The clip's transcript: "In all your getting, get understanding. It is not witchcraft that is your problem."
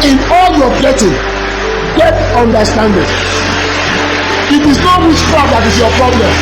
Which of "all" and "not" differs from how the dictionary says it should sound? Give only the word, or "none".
none